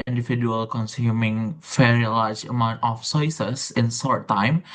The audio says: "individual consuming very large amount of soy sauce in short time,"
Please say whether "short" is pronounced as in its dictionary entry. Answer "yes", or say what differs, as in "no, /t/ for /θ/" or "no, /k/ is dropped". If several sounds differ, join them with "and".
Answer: no, /s/ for /ʃ/